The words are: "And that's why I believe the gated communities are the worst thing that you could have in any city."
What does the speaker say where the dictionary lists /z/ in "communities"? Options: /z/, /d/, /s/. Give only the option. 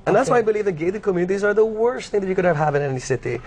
/z/